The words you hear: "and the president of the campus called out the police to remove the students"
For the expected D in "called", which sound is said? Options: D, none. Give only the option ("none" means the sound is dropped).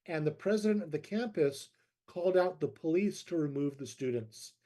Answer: D